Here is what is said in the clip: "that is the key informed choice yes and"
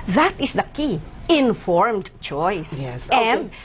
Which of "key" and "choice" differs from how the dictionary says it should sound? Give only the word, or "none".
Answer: choice